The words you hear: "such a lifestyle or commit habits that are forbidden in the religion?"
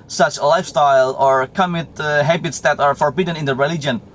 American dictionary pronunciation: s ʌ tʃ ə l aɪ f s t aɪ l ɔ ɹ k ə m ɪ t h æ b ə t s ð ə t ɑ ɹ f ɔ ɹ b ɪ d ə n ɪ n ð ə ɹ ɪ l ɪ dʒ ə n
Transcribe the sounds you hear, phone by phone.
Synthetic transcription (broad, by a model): s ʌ tʃ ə l aɪ f s t aɪ l ɔ ɹ k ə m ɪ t h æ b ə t s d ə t ɑ ɹ f ɔ ɹ b ɪ d ə n ɪ n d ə ɹ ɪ l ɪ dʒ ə n